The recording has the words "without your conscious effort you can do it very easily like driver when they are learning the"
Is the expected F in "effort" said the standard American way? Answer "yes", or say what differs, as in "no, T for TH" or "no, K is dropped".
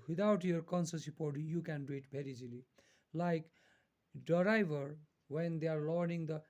no, P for F